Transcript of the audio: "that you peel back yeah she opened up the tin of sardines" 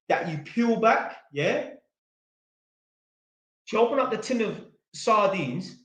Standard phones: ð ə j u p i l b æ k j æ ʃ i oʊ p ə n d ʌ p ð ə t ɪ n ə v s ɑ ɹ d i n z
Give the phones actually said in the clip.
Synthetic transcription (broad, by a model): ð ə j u p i l b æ k j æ ʃ i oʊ p ə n ʌ p ð ə t ɪ n ə v s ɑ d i n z